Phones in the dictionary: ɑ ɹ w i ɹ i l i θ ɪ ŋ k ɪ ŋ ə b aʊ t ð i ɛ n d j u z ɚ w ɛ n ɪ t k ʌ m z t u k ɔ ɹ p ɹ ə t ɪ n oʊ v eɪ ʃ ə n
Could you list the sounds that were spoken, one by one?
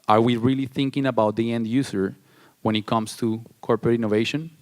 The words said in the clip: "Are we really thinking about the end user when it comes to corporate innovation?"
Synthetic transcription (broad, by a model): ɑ ɹ w i ɹ i l i θ ɪ ŋ k ɪ ŋ ə b aʊ t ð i ɛ n d j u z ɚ w ɛ n ɪ t k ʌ m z t u k ɔ ɹ p ɹ ə t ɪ n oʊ v eɪ ʃ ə n